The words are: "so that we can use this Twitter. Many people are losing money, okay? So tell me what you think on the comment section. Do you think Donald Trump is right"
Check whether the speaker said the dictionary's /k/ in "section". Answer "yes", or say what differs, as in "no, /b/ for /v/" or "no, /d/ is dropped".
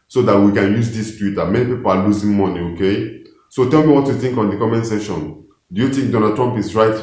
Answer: no, /k/ is dropped